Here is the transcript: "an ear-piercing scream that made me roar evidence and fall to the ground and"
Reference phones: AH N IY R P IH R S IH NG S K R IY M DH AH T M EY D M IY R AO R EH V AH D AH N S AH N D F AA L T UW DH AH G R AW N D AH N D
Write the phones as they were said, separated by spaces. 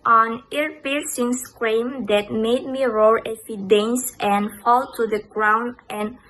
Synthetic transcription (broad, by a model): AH N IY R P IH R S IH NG S K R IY M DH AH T M EY D M IY R AO R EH F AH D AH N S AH N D F AA L T UW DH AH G R AW N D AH N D